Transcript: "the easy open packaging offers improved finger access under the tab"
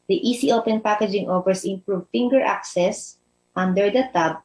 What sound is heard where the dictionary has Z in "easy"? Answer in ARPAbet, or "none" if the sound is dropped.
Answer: S